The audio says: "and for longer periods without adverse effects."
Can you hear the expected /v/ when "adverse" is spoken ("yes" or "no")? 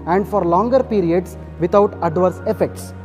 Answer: yes